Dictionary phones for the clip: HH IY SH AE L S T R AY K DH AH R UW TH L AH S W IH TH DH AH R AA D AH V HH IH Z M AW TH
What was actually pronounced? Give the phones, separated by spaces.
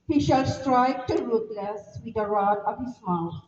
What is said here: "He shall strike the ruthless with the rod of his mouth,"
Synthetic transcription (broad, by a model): HH IY SH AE L S T R AY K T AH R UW T L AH S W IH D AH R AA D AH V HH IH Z M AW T